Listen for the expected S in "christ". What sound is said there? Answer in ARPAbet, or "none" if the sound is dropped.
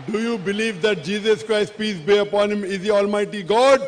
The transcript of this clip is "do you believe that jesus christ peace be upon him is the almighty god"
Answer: S